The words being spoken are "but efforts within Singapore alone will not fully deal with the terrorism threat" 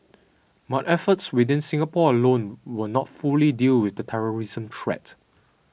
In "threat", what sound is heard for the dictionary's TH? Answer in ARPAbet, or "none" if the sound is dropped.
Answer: T